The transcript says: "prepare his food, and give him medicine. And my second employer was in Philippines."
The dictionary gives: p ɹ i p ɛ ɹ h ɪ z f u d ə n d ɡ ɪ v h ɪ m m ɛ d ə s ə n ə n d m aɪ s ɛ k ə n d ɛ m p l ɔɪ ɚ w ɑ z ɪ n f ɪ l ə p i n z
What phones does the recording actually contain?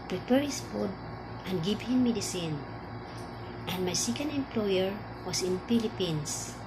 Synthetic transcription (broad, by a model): p ɹ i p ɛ ɹ h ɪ s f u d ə n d ɡ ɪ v h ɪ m m ɛ d ə s ə n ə n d m aɪ s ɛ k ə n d ɛ m p l ɔɪ ɚ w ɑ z ɪ n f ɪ l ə p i n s